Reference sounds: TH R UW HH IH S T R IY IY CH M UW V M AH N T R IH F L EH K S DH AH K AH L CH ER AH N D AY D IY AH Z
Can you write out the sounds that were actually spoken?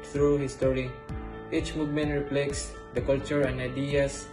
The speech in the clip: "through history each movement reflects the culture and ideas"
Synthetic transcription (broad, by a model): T R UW HH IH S T R IY IY CH M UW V M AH N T R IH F L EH K S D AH K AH L CH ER AH N D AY D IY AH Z